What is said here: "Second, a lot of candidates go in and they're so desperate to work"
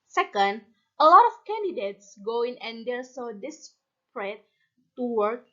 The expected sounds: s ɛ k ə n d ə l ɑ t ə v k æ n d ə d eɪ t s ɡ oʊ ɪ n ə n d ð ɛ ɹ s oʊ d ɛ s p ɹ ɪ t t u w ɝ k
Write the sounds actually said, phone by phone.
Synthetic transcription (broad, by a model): s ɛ k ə n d ə l ɑ t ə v k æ n d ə d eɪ t s ɡ oʊ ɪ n ə n d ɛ l s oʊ d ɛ s p ɹ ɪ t t u w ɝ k